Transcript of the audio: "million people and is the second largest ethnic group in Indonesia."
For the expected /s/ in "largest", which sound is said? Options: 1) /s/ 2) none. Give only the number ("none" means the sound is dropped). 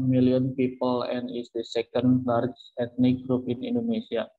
2